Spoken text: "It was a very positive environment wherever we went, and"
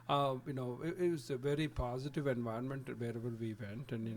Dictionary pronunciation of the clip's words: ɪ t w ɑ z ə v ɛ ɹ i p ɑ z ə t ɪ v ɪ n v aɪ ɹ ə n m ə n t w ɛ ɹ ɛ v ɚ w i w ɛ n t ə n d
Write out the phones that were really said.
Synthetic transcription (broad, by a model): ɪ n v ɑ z ə v ɛ ɹ i p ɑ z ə t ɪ v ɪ n v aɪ ə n m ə n t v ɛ ɹ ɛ v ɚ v i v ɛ n t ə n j